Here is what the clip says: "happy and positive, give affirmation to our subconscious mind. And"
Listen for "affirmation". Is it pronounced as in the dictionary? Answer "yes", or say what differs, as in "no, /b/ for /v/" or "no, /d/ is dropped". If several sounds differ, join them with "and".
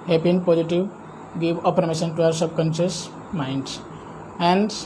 no, /p/ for /f/